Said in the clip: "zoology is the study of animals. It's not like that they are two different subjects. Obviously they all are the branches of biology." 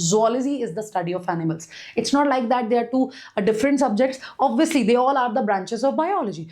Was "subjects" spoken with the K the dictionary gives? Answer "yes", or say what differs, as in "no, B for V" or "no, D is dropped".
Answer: yes